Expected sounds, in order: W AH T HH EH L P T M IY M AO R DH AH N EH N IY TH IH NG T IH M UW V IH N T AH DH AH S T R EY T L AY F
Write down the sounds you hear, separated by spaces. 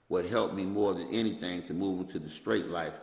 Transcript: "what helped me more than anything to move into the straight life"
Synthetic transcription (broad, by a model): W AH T HH EH L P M IY M AO R DH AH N EH N IY TH IH NG T IH M UW V IH N T AH DH AH S T R EY T L AY F